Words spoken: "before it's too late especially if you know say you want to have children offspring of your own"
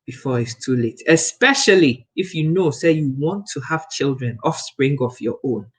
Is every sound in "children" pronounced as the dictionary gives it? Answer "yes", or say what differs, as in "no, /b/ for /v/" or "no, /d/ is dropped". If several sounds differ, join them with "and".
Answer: yes